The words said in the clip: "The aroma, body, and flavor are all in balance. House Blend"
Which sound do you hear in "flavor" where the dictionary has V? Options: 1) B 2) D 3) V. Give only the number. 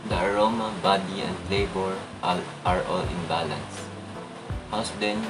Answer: 1